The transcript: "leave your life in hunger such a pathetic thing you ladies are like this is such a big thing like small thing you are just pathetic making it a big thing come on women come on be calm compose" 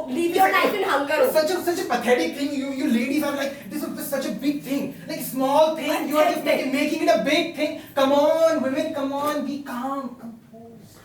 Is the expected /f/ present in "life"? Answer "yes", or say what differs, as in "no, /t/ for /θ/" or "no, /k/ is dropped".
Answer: no, /f/ is dropped